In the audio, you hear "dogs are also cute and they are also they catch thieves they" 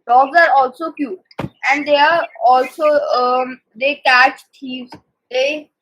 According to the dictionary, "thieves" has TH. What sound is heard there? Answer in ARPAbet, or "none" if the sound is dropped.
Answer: T